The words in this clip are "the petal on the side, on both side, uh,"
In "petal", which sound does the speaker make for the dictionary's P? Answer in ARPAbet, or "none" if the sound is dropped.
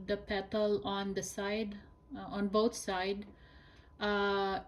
P